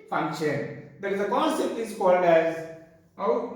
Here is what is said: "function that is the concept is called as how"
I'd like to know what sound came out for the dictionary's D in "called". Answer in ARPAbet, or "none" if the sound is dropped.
D